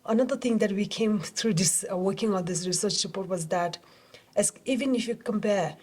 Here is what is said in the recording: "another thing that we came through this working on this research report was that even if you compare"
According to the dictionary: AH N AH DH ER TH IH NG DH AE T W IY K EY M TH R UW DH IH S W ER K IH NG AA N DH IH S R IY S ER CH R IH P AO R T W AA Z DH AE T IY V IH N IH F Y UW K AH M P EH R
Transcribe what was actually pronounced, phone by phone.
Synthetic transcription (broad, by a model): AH N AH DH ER T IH NG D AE T W IY K EY M T R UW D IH S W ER K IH NG AA N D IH S R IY S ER CH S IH P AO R T W AA Z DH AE T IY V IH N IH F Y UW K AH M P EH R